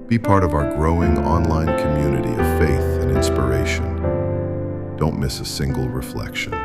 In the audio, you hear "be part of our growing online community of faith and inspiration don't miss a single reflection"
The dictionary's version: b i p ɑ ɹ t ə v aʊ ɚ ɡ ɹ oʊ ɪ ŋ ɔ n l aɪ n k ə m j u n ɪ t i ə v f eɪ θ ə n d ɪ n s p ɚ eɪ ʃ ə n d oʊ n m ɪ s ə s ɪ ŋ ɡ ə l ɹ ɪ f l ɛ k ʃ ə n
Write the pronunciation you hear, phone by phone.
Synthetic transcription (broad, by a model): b i p ɑ ɹ t ə v aʊ ɚ ɡ ɹ oʊ ɪ ŋ ɔ n l aɪ n k ə m j u n ɪ t i ə v f eɪ θ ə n ɪ n s p ɚ eɪ ʃ ə n d oʊ n m ɪ s ə s ɪ ŋ ɡ l ɹ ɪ f l ɛ k ʃ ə n